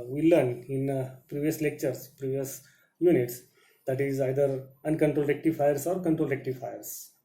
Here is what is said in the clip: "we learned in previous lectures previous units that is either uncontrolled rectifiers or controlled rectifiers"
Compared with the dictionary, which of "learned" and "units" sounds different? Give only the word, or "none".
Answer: learned